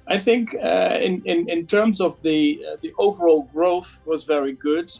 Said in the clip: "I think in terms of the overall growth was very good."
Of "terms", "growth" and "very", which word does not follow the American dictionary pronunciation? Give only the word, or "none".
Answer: none